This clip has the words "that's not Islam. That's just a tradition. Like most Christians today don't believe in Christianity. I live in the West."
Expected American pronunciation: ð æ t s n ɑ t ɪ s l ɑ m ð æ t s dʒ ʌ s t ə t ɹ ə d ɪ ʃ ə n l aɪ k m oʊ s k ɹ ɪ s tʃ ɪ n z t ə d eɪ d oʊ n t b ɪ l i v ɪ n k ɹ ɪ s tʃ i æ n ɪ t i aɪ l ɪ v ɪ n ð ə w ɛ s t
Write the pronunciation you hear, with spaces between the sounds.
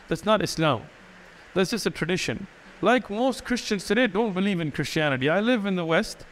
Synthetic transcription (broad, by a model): ð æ t s n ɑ t ɪ s l ɑ m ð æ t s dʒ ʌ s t ə t ɹ ə d ɪ ʃ ə n l aɪ k m oʊ s k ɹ ɪ s tʃ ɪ n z s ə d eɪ d oʊ n t b ɪ l i v ɪ n k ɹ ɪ s tʃ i æ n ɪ t i aɪ l ɪ v ɪ n ð ə w ɛ s t